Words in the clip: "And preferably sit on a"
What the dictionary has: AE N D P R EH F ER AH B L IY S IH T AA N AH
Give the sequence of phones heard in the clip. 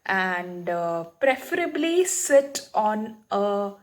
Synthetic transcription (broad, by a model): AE N D P R EH F ER AH B L IY S IH T AA N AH